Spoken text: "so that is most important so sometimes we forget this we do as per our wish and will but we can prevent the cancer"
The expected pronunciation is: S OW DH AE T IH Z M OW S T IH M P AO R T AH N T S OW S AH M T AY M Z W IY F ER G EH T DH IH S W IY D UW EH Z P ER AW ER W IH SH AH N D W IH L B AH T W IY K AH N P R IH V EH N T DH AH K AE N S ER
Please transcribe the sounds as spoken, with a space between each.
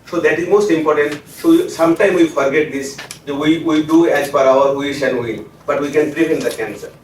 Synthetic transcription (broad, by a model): S OW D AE T IH Z M OW S T IH M P AO R T AH N T S OW S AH M T AY M W IY F ER G EH T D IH S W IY D UW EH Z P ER AW ER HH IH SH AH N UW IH N B AH T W IY K AH N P R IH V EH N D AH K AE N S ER